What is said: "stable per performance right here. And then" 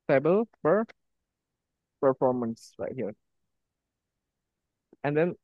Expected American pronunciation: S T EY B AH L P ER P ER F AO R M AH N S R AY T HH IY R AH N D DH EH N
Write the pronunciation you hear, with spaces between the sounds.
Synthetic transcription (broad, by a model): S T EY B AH L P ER P ER F AO R M AH N S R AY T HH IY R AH N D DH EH N